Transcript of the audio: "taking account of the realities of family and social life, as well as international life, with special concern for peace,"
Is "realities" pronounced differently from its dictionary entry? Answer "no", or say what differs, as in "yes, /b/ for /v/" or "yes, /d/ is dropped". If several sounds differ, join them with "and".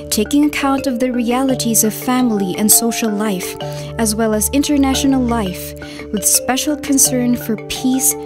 no